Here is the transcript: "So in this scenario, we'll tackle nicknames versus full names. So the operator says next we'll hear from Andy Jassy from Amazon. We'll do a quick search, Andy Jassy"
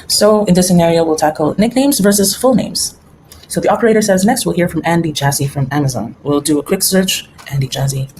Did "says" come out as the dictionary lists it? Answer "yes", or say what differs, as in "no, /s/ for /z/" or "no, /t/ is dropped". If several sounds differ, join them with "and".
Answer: yes